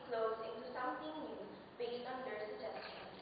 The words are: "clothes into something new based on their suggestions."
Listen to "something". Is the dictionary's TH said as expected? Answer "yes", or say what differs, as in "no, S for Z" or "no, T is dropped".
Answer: no, T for TH